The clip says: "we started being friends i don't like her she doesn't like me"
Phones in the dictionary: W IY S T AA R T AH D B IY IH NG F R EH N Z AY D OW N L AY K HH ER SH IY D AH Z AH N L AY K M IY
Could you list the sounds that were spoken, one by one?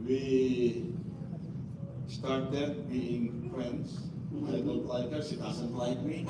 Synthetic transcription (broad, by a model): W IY S T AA R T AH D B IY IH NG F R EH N S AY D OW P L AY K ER S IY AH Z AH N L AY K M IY